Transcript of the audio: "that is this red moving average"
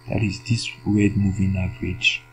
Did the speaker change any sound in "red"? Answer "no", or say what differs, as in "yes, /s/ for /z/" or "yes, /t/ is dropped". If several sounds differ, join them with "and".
yes, /w/ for /ɹ/